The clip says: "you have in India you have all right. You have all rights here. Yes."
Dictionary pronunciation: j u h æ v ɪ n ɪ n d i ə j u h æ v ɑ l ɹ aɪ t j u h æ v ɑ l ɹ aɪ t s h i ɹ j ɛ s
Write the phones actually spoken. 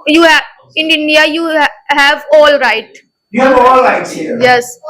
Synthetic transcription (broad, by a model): j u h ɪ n ɪ n d i ə j u h æ v ɑ l ɹ aɪ t j u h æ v ɑ l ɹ aɪ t h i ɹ j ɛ s